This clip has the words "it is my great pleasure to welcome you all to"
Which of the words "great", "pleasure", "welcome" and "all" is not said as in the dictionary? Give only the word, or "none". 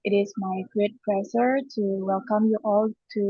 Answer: pleasure